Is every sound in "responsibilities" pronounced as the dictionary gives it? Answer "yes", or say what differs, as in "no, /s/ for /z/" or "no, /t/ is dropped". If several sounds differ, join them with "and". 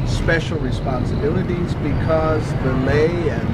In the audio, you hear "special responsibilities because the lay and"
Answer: yes